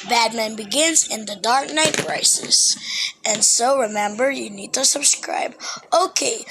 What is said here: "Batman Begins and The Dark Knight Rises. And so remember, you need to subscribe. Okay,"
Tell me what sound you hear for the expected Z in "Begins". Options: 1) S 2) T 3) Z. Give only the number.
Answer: 3